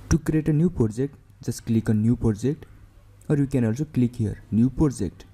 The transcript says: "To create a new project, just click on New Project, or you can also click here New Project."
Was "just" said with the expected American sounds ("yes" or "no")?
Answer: no